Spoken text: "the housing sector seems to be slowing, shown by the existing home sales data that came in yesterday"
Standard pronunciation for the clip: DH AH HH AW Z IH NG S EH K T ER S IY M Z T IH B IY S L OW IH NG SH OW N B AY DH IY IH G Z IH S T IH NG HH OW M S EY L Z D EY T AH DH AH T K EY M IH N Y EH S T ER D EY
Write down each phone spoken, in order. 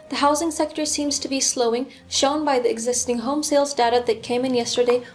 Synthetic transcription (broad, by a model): DH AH HH AW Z IH NG S EH K T ER S IY M Z T IH B IY S L OW IH NG SH OW N B AY DH IY IH G Z IH S T IH NG HH OW M S EY L Z D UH T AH DH AH T K EY M IH N Y EH S T ER D EY